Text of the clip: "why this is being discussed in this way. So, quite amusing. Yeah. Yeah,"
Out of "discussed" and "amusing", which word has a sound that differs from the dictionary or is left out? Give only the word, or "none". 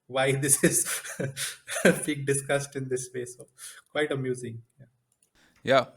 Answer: none